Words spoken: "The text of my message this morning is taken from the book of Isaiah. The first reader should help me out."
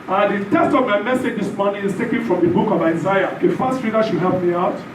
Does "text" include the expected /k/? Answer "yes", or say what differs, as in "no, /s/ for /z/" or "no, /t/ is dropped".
no, /k/ is dropped